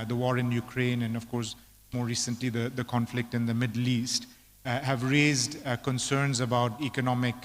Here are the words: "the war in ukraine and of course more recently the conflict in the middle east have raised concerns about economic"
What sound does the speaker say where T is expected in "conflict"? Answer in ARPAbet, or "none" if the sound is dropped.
T